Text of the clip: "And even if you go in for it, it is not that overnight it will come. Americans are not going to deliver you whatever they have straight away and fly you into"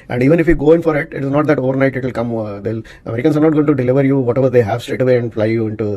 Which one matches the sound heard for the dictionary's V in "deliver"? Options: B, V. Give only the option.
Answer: V